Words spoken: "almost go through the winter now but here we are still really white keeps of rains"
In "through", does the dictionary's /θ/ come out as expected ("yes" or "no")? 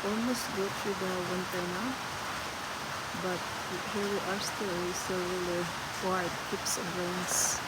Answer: no